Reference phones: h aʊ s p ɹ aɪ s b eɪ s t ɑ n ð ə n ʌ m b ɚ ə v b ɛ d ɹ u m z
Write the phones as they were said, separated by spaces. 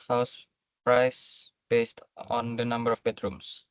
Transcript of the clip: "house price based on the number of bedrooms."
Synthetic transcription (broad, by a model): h aʊ s p ɹ aɪ s b eɪ s t ɑ n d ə n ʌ m b ɚ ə f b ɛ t ɹ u m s